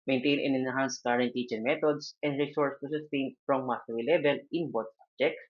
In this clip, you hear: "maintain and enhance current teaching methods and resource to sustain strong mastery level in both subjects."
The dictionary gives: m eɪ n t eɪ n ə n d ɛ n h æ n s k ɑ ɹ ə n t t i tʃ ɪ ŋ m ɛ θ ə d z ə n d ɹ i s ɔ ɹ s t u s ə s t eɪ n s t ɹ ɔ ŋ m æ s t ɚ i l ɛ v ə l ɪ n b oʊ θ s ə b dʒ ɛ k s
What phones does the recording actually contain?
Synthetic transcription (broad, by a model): m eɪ n t eɪ n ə n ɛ n h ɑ n s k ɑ ɹ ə n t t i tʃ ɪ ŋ m ɛ t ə d s ə n d ɹ i s ɔ ɹ s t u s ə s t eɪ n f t ɹ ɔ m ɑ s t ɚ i l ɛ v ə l ɪ n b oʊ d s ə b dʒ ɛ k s